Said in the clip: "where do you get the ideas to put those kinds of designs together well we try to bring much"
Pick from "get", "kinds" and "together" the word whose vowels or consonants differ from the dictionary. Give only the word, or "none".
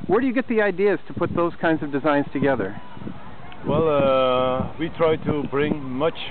none